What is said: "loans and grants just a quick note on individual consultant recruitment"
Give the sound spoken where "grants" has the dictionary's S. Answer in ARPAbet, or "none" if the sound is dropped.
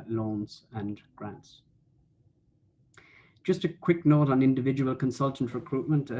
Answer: S